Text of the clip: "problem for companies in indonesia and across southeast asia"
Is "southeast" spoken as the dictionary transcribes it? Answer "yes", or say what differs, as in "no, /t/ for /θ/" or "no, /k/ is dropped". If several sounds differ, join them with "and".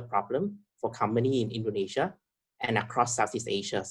no, /t/ is dropped